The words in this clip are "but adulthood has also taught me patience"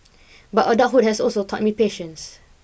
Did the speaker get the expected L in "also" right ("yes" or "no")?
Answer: yes